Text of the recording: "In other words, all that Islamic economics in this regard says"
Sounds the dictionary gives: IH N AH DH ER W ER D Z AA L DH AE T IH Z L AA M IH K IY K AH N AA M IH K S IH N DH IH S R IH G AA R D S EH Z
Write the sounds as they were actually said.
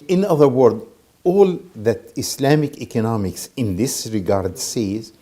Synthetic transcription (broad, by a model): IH N AH DH ER W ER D AA L DH AE T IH S L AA M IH K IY K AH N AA M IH K S IH N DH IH S R IH G AA R D S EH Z